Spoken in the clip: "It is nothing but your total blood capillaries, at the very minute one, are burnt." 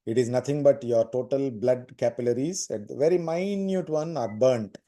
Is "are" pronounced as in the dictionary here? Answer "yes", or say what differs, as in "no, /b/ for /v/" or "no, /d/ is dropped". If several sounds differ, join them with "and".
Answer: yes